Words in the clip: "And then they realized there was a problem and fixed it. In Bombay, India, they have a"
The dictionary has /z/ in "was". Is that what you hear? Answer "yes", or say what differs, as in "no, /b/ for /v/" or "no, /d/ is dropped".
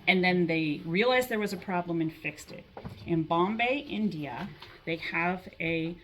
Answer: yes